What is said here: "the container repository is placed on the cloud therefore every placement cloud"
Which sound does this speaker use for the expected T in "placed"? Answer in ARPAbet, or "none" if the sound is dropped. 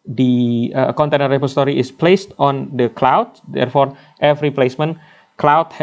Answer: T